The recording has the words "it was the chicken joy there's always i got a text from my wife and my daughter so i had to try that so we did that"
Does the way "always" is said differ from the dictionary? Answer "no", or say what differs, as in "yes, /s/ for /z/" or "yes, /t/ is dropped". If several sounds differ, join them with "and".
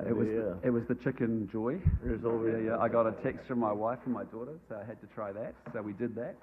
yes, /z/ is dropped